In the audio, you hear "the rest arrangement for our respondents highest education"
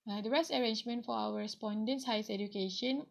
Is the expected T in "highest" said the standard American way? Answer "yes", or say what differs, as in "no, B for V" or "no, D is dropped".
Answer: no, T is dropped